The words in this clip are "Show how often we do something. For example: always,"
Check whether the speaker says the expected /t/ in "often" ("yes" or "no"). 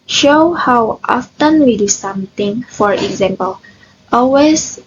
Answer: yes